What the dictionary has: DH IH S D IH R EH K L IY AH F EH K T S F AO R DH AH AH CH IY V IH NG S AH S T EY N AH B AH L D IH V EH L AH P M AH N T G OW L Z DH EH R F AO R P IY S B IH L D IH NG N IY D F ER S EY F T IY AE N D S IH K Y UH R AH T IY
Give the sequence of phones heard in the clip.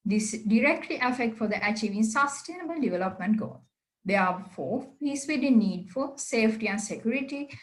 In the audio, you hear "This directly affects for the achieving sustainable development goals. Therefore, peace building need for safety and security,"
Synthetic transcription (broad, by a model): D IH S D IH R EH K L IY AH F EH K T F AO R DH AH AH CH IY V IH NG S AH S T EY N AH B AH L D IH V EH L AH P M AH N T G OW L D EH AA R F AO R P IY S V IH D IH N IY D F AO S EY F T IY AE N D S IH K Y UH R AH T IY